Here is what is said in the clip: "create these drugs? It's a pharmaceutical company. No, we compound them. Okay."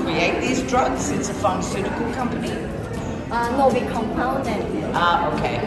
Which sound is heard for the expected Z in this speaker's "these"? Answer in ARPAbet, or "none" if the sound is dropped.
Z